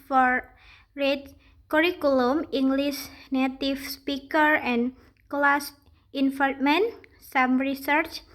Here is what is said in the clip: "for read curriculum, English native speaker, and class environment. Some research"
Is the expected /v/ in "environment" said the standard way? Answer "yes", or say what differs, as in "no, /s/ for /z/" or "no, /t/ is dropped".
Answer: no, /f/ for /v/